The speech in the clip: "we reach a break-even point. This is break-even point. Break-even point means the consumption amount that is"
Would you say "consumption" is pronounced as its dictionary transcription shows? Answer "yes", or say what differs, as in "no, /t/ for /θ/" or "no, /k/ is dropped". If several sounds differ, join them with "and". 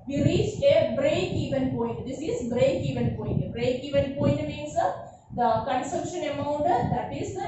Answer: yes